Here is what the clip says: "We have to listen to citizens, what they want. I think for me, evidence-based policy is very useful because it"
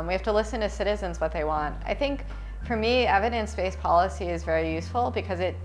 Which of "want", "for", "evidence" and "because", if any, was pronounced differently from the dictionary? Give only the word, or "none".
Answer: none